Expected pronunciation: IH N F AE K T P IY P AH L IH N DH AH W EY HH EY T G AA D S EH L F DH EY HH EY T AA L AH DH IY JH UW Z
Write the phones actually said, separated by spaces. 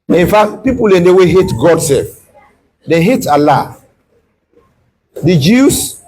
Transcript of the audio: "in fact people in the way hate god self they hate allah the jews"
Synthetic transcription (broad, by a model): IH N F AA K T P IY P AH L IH N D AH W EY HH EY T G AA D S EH L F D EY HH EY T AA L AH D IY JH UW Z